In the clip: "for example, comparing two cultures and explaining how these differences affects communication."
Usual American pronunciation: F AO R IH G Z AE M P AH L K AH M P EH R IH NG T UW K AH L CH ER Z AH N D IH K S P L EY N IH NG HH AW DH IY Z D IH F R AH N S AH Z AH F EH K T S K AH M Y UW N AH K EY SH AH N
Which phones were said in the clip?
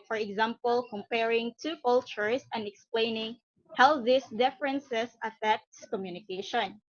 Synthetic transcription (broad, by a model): F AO R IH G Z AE M P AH L K AH M P EH R IH NG T UW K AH L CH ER S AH N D IH K S P L EY N IH NG HH AW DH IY S D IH F R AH N S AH S AH F EH K T S K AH M Y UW N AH K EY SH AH N